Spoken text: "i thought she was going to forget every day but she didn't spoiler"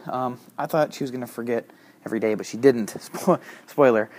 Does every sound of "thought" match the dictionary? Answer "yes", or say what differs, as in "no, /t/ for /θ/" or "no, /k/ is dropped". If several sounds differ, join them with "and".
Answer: yes